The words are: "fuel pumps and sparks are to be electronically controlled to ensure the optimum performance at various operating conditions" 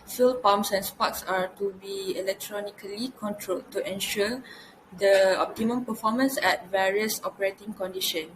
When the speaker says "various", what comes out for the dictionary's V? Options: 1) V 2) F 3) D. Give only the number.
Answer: 1